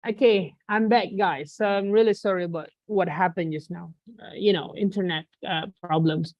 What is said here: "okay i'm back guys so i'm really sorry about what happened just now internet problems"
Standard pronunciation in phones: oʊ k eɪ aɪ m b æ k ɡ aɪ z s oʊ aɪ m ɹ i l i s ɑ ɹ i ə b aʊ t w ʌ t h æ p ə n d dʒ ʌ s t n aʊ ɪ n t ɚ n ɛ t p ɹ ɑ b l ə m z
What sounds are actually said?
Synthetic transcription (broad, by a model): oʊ k eɪ aɪ m b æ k ɡ aɪ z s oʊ aɪ m ɹ i l i s ɑ ɹ i ə b aʊ t w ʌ t h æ p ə n dʒ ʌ s n aʊ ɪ n t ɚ n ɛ t p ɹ ɑ b l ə m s